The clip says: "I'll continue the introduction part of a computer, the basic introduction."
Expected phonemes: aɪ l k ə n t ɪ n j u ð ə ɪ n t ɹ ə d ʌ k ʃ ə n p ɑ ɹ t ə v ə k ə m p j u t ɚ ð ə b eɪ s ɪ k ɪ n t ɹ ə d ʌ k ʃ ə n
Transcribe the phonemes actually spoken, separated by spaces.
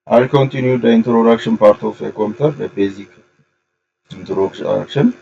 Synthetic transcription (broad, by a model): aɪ k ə n t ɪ n j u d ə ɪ n t ɹ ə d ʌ k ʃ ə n p ɑ ɹ t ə f ə k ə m t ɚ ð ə b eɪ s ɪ k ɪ n t ɹ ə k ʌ k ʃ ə n